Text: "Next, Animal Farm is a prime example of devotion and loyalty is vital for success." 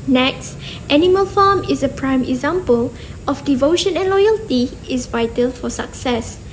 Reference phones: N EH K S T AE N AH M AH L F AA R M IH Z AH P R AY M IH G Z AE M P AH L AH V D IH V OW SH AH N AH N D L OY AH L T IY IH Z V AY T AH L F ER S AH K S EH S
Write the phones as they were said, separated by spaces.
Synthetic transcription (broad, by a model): N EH K S T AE N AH M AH L F AA M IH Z AH P R AY M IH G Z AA M P AH L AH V D IH V OW SH AH N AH N L OY AH L T IY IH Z V AY T AH L F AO S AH K S EH S